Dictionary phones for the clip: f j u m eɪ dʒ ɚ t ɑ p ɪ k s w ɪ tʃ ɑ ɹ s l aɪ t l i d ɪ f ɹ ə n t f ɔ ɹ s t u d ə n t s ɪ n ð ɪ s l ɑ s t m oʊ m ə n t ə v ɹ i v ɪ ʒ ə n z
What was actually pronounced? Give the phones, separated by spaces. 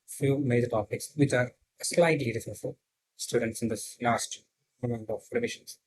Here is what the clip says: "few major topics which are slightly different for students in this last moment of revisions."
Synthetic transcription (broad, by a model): f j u m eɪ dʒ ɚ t ɑ p ɪ k s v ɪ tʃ ɑ ɹ s l aɪ t l i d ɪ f ə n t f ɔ l s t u d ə n t s ɪ n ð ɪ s l ɑ s t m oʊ ə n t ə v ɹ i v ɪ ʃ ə n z